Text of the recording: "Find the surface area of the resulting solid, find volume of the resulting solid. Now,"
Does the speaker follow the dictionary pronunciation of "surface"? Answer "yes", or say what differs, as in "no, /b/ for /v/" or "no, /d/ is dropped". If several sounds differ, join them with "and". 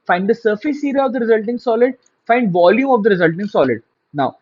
yes